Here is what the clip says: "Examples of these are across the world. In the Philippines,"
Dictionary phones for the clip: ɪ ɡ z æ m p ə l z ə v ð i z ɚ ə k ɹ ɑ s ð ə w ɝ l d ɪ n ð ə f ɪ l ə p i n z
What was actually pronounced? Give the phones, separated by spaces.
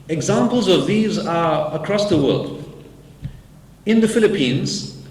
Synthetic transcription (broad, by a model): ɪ ɡ z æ m p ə l z ə v ð i z ɚ ə k ɹ ɑ s ð ə w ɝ l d ɪ n ð ə f ɪ l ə p i n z